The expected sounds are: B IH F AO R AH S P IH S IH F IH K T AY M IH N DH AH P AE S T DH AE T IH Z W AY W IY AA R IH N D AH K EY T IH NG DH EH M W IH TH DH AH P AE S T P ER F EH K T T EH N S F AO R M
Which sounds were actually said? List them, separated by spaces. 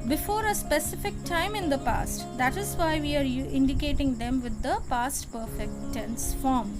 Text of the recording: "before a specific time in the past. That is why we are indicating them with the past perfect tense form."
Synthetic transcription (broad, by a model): B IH F AO R AH S P IH S IH F IH K T AY M IH N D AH P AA S T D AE T IH Z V AY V IY AA R IH N D AH K EY T IH NG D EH M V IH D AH P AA S T P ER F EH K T T EH N S F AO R M